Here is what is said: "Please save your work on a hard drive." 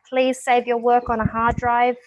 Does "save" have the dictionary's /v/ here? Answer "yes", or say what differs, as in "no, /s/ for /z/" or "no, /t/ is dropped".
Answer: yes